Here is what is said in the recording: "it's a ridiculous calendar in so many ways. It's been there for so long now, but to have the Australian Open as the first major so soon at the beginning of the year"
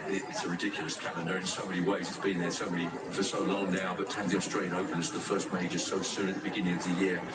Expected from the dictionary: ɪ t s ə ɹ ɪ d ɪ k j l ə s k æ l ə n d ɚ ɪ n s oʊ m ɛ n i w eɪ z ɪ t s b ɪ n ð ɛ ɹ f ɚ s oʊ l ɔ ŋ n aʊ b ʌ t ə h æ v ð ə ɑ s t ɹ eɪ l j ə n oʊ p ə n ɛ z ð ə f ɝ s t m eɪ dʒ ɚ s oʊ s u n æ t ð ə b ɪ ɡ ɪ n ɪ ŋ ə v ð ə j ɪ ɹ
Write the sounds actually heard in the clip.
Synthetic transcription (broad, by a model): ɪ t s ə ɹ ɪ d ɪ k j l ə s k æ l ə n d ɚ ɪ n s oʊ m ɛ n i w eɪ z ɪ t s b ɪ n ð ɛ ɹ f ɚ s oʊ l ɔ ŋ n aʊ b ʌ t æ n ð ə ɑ s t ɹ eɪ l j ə ʊ p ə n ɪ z ð ə f ɝ s t m eɪ dʒ ɚ s oʊ s u n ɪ t ð ə b ɪ ɡ ɪ n ɪ ŋ ə v ð ə j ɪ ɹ